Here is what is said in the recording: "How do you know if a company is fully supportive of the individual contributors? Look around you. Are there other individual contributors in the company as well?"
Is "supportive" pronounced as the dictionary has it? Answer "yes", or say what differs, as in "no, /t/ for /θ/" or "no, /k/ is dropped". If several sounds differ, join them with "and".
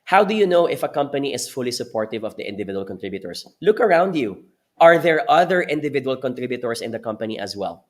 yes